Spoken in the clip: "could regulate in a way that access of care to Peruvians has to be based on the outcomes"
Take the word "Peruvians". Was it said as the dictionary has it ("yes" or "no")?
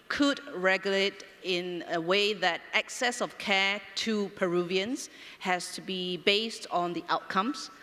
no